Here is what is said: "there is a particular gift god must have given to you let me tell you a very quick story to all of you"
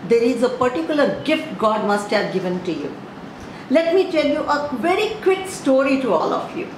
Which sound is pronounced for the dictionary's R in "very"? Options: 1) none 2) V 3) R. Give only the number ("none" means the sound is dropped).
3